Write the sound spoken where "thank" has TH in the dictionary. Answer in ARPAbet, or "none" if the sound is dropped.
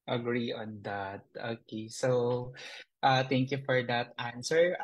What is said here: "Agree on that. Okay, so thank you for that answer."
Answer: T